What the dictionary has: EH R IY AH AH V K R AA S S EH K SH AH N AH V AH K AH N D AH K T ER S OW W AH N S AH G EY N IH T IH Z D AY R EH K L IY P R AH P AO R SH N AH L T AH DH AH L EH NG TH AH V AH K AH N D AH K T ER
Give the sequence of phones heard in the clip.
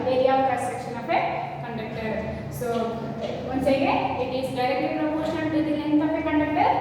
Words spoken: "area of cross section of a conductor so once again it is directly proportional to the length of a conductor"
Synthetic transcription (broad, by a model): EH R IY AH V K AA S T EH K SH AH N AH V AH K AH N D AH K T ER S OW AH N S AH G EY IH T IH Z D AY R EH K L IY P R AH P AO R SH AH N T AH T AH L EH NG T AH P AH K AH N D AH K T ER